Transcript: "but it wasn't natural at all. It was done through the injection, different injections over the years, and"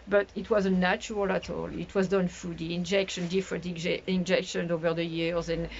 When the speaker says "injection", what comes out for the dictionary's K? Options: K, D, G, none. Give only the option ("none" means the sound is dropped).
K